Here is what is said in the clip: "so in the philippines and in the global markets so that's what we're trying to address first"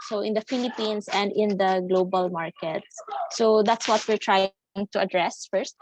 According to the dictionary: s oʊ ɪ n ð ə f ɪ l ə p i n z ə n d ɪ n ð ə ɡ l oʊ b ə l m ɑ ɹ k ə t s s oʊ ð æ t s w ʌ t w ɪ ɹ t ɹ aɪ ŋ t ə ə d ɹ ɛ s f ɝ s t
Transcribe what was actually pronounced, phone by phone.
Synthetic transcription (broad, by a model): s oʊ ɪ n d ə f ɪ l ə p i n s ə n d ɪ n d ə ɡ l oʊ b ə l m ɑ ɹ k ə t s s oʊ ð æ t s w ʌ t w ɪ ɹ t ɹ aɪ ŋ t ə ə d ɹ ɛ s f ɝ s t